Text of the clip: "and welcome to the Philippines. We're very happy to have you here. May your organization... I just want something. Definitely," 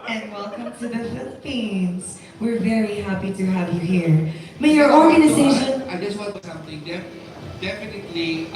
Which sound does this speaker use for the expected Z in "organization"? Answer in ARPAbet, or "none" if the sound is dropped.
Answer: Z